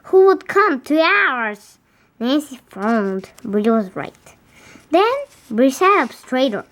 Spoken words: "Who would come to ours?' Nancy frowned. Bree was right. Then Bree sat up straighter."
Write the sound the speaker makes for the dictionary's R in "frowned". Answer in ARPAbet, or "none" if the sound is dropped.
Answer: none